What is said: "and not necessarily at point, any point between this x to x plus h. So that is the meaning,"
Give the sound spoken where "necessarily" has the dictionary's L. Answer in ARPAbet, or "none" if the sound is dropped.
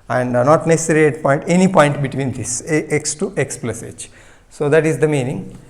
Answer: none